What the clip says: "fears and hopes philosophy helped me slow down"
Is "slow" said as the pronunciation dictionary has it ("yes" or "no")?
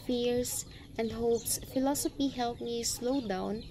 yes